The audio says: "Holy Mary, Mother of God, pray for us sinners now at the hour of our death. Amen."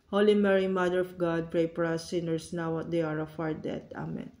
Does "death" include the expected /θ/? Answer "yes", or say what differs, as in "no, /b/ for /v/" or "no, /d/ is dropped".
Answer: no, /t/ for /θ/